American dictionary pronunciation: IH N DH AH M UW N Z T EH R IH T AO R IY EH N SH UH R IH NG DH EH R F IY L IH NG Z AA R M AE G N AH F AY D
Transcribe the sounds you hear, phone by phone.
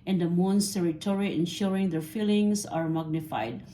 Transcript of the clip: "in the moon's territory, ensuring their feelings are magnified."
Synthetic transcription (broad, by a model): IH N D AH M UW N S T EH R IH T AO R IY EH N SH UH R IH NG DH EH R F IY L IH NG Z AA R M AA G N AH F AY D